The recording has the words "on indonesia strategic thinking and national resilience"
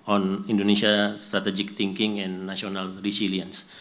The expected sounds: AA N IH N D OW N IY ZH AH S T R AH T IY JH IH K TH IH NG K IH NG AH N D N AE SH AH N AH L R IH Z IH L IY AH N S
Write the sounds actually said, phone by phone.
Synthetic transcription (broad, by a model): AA N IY N D OW N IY S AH S T R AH T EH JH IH K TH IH NG K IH NG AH N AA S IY AH N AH L R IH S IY L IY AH N S